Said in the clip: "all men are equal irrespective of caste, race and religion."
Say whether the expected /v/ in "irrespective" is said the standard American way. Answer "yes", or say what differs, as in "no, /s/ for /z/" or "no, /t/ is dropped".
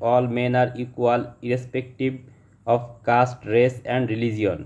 no, /b/ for /v/